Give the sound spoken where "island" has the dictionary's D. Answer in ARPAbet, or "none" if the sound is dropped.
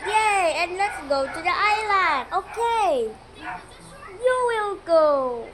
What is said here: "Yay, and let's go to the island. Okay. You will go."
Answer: none